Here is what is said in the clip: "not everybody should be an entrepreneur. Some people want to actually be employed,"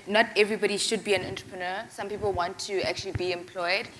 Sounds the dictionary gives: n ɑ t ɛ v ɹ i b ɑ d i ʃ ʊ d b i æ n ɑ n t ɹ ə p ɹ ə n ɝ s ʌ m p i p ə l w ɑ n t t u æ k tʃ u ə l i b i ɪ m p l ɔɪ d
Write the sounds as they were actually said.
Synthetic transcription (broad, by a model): n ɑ t ɛ v ɹ i b ɑ d i ʃ ʊ d b i æ n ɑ n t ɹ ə p ɹ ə n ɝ s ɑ m p i p ə l w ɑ n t t u æ k tʃ u ə l i b i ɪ m p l ɔɪ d